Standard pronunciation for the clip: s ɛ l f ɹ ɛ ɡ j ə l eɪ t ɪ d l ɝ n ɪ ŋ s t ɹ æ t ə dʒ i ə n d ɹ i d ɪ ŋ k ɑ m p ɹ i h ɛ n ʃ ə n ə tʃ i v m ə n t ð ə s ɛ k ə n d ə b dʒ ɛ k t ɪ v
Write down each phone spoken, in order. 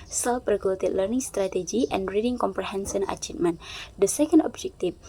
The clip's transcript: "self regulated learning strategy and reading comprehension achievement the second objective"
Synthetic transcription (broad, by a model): s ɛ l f ɹ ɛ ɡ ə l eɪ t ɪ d l ɝ n ɪ ŋ s t ɹ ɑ t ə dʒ i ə n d ɹ i d ɪ ŋ k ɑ m p ɹ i h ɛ n s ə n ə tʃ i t m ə n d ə s ɛ k ə n d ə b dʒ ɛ k t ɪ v